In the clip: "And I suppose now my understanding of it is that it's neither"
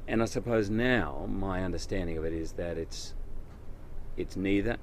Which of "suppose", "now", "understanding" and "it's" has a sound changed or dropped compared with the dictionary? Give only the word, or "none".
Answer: none